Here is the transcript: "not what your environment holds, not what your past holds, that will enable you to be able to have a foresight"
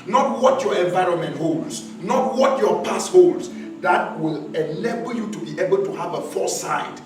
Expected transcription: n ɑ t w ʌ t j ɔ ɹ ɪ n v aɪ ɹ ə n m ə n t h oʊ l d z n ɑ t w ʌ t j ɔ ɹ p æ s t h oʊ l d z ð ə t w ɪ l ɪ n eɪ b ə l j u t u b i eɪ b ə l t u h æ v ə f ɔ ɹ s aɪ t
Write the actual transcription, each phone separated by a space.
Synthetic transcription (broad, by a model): n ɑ t w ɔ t j ɔ ɹ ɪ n v aɪ ɹ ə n m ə n t h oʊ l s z n ɑ t w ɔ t j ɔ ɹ p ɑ s h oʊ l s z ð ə t w ɪ l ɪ l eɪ b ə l j u t u b i eɪ b ə l t u h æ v ə f ɔ s aɪ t